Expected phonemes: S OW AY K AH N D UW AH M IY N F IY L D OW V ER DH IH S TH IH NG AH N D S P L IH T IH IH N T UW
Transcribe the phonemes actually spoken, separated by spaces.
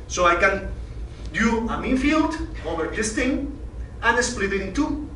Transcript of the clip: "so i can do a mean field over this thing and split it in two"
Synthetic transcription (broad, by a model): S OW AY K AH N D UW AH M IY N F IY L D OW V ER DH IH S T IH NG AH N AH S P L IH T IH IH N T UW